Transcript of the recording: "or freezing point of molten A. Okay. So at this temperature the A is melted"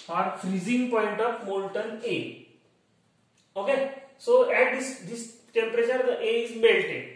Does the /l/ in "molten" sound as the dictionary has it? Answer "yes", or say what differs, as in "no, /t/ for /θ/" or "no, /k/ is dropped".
no, /n/ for /l/